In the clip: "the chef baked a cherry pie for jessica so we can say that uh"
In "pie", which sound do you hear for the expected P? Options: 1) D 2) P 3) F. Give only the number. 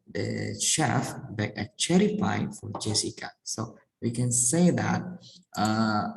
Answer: 3